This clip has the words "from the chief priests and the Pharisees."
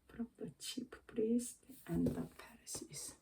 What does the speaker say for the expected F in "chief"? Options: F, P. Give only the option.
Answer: P